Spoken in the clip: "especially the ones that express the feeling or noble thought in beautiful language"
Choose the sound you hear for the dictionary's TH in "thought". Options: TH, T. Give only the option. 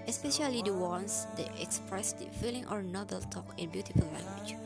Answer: T